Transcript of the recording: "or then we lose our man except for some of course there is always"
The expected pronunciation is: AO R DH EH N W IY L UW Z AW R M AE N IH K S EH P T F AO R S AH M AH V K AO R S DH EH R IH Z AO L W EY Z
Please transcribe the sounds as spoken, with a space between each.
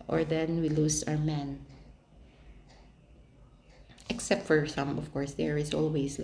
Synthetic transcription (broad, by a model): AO R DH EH N W IY L UW S AW R M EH N IH K S EH P T F AO R S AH M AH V K AO R S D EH R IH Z AO L W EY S